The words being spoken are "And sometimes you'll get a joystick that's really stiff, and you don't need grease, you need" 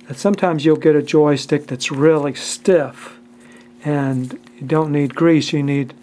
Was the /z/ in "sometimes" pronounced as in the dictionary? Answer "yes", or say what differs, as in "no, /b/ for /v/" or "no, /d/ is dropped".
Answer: yes